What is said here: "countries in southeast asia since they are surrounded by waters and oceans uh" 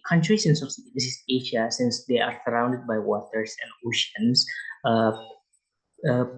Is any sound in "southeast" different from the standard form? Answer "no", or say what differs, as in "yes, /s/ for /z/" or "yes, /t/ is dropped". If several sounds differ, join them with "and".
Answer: yes, /s/ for /θ/